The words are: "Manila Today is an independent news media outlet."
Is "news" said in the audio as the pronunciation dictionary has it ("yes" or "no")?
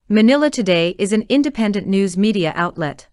yes